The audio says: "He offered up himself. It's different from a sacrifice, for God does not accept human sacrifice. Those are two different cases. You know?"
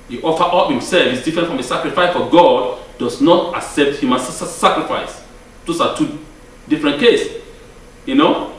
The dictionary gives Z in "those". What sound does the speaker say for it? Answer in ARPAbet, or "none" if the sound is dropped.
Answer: S